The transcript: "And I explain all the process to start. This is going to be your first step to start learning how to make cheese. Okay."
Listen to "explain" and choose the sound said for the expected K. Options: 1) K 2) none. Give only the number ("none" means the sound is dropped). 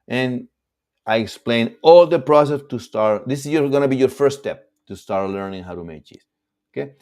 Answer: 1